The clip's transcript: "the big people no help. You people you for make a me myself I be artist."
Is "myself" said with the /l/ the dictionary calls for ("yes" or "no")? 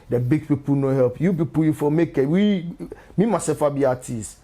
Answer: no